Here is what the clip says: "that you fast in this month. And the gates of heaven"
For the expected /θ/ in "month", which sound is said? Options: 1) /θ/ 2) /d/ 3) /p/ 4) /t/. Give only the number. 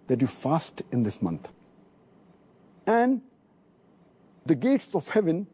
4